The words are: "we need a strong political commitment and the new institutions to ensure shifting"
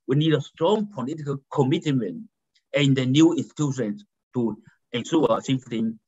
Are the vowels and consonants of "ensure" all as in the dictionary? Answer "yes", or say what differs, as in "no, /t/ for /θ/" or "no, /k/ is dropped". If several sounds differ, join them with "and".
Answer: no, /s/ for /ʃ/